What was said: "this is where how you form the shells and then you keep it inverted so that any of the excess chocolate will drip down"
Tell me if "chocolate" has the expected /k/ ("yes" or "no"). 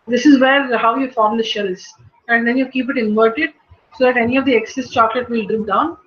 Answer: yes